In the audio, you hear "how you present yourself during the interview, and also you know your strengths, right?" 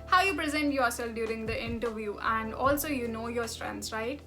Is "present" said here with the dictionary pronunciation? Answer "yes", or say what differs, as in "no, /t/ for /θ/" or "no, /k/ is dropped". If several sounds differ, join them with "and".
yes